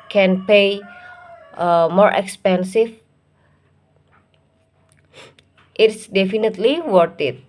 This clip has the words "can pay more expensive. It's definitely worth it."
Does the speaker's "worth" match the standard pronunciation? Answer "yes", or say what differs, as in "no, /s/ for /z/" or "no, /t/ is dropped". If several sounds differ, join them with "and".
no, /t/ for /θ/